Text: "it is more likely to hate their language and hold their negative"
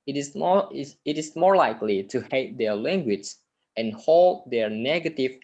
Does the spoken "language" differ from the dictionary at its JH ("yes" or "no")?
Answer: yes